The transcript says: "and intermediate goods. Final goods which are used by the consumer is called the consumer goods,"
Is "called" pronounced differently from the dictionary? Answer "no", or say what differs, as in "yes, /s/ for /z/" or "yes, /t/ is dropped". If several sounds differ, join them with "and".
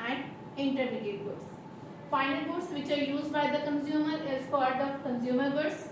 yes, /l/ is dropped